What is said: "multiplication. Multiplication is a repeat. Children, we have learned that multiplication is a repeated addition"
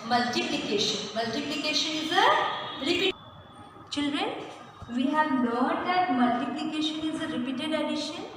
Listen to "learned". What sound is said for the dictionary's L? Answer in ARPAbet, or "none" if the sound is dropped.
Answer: N